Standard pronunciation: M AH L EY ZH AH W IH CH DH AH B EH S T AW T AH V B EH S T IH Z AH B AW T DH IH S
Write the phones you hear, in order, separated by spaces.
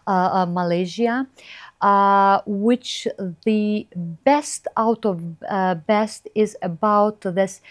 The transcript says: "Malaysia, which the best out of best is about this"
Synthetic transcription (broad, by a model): M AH L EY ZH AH W IH CH DH AH B EH S T AW T AH V B EH S T IH Z AH B AW T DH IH S